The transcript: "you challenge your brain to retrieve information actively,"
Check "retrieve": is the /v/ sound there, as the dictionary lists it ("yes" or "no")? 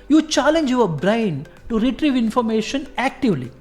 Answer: yes